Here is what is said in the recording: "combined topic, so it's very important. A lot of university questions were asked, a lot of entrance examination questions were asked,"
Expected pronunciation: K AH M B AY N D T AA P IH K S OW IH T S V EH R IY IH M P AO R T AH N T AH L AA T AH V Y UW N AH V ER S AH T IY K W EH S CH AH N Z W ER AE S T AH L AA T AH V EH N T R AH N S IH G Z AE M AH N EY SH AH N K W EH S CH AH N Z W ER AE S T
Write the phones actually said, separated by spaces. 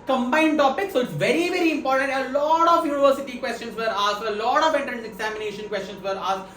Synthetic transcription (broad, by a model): K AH M B AY N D T AA P IH K S OW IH T S V EH R IY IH M P AO R T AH N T AH L AA T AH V Y UW N AH V ER S AH T IY K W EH S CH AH N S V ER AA S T AH L AA T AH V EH T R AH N IH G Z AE M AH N EY SH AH N K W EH S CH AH N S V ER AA S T